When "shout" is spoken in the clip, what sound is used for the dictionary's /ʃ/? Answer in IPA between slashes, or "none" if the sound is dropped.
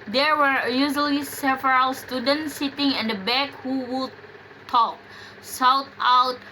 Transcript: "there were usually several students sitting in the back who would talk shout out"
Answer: /s/